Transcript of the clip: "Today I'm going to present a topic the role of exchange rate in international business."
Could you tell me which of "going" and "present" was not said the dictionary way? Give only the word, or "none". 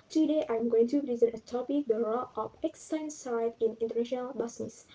present